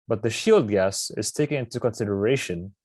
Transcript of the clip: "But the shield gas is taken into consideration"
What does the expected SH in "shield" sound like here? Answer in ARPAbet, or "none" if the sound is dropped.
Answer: SH